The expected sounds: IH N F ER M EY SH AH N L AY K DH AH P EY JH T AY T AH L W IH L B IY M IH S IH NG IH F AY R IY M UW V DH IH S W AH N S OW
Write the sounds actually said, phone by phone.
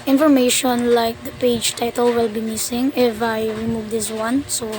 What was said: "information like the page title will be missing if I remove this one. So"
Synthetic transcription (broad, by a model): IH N F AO M EY SH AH N L AY K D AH P EY JH T AY T AH L W IH L B IY M IH S IH NG IH F AY R IY M UW V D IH S W AH N S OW